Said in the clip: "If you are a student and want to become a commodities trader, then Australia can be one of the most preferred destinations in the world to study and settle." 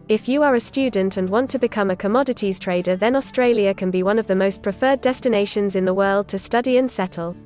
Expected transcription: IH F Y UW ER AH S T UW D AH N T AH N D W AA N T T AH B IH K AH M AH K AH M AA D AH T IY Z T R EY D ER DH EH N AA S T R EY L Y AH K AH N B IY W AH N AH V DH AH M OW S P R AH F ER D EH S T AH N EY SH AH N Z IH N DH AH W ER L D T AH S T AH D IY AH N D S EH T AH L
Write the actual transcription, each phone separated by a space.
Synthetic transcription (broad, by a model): IH F Y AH ER AH S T UW D N T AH N W AA N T T AH B IH K AH M AH K AH M AA D AH T IY Z T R EY D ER DH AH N AA S T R EY L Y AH K AH N B IY W AH N AH V DH AH M OW S P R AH F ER D EH S T AH N EY SH AH N Z IH N DH AH W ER L D T AH S T AH D IY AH N S EH T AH L